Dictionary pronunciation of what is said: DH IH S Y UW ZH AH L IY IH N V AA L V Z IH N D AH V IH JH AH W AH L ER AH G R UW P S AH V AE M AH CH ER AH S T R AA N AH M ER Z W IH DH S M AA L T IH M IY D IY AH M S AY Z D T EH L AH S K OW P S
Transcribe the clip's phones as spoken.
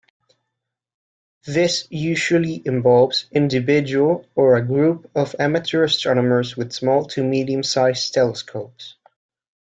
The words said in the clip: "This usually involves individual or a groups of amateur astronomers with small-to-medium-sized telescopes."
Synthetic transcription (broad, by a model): DH IH S Y UW ZH AH L IY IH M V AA L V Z IH N D AH V IH JH AH W AH L ER AH G R UW P AH V AE M AH CH ER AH S T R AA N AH M ER Z W IH DH S M AA L T IH M IY D IY AH M S AY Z T EH L AH S K OW P S